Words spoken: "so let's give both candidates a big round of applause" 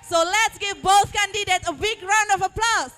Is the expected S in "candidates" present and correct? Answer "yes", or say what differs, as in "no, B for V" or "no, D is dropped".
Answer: no, S is dropped